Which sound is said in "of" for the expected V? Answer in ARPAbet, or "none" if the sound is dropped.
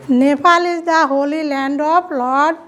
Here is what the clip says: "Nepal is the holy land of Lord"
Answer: P